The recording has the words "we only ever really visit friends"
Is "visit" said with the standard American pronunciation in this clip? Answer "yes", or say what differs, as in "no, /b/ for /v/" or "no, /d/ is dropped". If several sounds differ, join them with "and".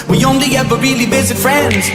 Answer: no, /b/ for /v/